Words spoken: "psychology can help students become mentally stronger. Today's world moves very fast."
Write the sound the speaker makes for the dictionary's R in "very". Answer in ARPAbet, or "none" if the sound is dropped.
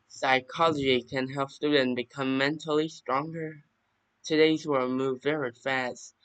R